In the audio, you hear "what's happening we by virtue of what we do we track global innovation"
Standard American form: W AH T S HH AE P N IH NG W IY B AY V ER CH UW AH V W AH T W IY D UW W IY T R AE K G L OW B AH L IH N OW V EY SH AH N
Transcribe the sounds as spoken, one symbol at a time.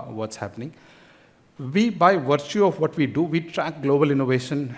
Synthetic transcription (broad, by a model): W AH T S HH AE P N IH NG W IY B AY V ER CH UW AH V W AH T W IY D UW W IY T R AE K G L OW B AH L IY N OW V EY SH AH N